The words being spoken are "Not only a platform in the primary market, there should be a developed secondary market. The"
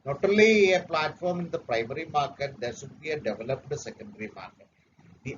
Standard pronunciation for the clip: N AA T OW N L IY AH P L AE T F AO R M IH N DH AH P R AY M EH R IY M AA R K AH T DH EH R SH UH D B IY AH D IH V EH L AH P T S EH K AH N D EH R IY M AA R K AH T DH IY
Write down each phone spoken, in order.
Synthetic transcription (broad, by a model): N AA T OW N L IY AH P L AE T F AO R M IH N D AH P R AY M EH R IY M AA R K AH T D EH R S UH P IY AH D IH V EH L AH P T S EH K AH N D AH R IY M AA R K AH T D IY